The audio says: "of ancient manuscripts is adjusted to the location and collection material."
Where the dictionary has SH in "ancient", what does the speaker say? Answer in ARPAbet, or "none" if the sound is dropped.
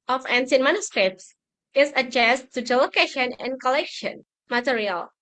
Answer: S